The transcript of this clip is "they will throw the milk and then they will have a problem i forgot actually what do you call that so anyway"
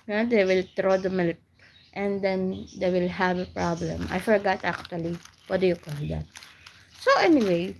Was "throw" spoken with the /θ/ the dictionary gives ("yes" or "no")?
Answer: no